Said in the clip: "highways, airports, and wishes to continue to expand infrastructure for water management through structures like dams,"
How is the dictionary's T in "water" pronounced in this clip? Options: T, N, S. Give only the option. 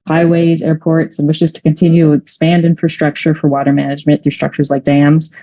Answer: T